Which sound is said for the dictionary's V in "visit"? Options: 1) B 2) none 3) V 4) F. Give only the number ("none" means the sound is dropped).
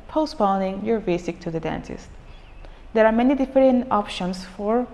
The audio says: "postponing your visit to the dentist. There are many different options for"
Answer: 1